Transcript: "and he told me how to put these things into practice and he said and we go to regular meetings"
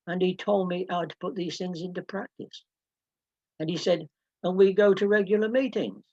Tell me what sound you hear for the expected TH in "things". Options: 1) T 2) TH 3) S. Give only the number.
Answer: 2